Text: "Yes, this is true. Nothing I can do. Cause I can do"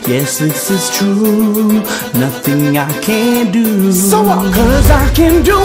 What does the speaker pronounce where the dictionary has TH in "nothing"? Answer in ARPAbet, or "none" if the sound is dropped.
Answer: TH